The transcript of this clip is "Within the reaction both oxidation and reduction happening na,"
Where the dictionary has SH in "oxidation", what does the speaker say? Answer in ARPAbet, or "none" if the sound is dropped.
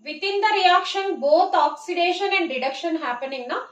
SH